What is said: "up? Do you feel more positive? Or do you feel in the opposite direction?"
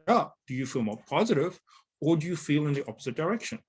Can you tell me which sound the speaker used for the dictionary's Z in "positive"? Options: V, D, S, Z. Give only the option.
Z